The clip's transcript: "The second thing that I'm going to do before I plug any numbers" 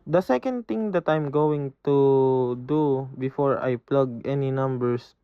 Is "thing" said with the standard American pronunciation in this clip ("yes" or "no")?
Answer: no